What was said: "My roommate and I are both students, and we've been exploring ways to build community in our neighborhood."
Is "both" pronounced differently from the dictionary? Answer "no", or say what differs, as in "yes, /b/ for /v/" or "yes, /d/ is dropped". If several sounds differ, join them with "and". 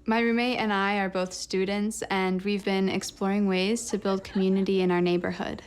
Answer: no